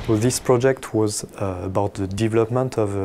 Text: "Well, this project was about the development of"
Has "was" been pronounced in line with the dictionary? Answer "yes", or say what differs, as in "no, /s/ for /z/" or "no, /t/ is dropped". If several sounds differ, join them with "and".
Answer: yes